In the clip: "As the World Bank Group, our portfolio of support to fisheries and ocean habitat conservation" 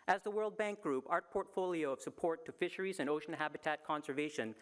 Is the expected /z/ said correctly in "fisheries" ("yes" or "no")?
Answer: yes